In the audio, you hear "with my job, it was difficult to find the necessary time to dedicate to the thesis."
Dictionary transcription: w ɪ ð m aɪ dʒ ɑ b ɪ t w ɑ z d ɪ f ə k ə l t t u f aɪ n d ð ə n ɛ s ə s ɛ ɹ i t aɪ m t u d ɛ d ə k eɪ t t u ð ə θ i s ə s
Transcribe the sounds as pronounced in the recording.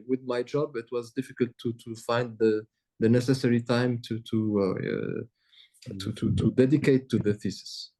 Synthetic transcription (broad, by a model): w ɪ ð m aɪ dʒ ɑ b ɪ t w ɑ z d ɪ f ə k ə l t t u f aɪ n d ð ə n ɛ s ə s ɛ ɹ i t aɪ m t u d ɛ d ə k eɪ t t u ð ə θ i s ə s